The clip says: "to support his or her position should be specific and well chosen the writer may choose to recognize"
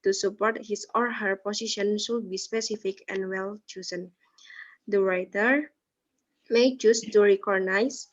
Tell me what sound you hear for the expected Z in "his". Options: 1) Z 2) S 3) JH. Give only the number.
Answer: 2